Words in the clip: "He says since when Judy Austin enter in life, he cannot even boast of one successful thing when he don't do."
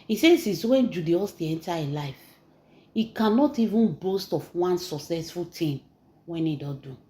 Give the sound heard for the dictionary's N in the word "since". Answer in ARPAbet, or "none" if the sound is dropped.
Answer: none